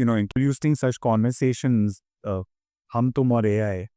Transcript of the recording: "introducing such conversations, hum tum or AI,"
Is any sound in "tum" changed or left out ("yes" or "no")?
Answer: no